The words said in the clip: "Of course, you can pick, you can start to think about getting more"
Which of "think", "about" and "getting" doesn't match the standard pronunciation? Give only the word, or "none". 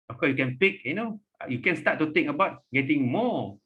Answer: think